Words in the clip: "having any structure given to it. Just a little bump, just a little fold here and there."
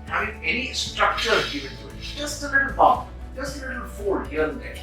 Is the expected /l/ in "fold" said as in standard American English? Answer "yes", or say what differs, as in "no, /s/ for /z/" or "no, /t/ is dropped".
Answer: no, /l/ is dropped